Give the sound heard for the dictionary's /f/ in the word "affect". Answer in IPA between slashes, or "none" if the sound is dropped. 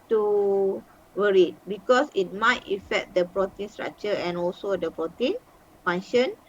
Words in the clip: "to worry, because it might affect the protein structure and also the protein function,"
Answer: /f/